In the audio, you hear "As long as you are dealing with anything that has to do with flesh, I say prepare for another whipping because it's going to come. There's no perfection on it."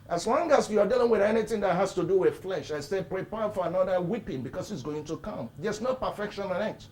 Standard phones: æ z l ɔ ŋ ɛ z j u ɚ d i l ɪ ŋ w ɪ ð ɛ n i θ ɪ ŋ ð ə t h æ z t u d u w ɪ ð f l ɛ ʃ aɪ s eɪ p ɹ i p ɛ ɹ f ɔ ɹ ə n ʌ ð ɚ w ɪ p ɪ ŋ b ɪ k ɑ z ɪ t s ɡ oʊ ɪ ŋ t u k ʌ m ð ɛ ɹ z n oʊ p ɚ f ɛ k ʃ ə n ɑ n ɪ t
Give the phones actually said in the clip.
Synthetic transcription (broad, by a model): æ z l ɔ ŋ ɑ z j u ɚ d i l ɪ ŋ w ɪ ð ɛ n i θ ɪ ŋ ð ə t h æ s t u d u w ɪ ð f l ɛ ʃ aɪ s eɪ p ɹ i p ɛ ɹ f ɔ ɹ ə n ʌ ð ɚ w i p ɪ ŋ b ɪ k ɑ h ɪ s ɡ oʊ ɪ ŋ t u k ʌ m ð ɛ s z n oʊ p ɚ f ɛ k ʃ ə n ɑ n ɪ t